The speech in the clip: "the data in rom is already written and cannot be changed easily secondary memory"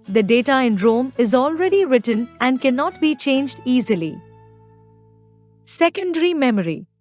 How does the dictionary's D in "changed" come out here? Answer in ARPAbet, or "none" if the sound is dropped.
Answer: D